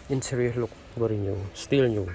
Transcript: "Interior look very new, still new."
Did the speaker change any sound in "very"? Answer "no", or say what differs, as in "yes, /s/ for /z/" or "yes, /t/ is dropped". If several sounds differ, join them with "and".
yes, /b/ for /v/